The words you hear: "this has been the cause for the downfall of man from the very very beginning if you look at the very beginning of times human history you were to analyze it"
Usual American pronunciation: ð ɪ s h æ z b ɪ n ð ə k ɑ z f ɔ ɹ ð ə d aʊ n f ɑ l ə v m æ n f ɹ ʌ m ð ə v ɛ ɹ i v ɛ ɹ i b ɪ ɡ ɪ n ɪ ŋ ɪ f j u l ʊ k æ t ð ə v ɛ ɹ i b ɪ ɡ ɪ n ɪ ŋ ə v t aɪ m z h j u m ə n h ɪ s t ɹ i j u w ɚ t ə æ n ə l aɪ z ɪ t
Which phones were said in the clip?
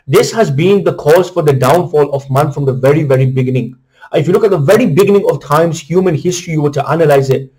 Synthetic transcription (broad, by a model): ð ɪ s h æ z b ɪ n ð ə k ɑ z f ɔ ɹ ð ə d aʊ n f ɑ l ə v m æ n f ɹ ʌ m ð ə v ɛ ɹ i v ɛ ɹ i b ɪ ɡ ɪ n ɪ ŋ ɪ f j u l ʊ k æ t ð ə v ɛ ɹ i b ɪ ɡ ɪ n ɪ ŋ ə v t aɪ m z h j u m ə n h ɪ s t ɹ i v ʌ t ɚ t æ n ə l aɪ z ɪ t